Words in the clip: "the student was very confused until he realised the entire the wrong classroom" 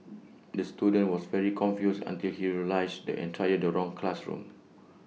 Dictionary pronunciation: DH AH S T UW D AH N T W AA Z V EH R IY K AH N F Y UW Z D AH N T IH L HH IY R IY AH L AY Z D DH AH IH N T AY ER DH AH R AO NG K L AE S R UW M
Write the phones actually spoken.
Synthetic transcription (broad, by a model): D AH S T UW D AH N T W AA S V EH R IY K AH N F Y UW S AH N T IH L HH IY R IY L AY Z D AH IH N T AY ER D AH R AO NG K L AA S R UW M